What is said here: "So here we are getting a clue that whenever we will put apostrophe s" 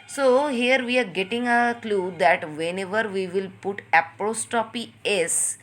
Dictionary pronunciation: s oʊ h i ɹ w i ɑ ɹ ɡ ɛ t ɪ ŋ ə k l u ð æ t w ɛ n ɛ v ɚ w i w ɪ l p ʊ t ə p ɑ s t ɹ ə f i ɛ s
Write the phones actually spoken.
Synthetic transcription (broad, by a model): s oʊ h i ɹ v i ɑ ɹ ɡ ɛ t ɪ ŋ ə k l u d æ t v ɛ n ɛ v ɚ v i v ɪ l p ʊ t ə p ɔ s t ə p i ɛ s